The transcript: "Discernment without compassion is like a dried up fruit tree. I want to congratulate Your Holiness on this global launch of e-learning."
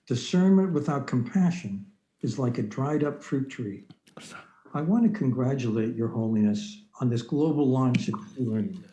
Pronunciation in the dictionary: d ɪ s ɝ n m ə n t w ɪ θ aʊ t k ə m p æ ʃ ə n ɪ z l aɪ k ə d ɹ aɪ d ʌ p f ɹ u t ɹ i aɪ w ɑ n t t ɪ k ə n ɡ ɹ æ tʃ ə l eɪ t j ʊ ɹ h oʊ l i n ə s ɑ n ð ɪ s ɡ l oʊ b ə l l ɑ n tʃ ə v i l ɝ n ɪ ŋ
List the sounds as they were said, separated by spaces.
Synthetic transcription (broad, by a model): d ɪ s ɝ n m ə n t w ɪ θ aʊ t k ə m p æ ʃ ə n ɪ z l aɪ k ə d ɹ aɪ d ʌ p f ɹ u t ɹ i aɪ w ɑ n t t ɪ k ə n ɡ ɹ æ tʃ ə l eɪ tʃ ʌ ɹ h oʊ l i n ə s n ð ɪ s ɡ l oʊ b l l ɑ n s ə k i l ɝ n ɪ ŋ